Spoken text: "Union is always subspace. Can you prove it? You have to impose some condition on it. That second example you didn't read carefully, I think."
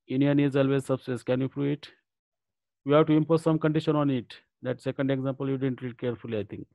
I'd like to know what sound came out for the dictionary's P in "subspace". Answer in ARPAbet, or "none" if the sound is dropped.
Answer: none